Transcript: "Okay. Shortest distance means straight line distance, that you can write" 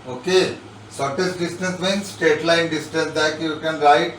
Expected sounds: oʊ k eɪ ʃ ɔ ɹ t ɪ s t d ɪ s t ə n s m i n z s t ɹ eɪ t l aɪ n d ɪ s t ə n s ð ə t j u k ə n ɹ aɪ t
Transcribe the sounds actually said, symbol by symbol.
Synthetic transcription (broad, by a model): oʊ k eɪ s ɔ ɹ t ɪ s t d ɪ s t ə n s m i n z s t eɪ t l aɪ n d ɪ s t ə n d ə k j u k ə n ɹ aɪ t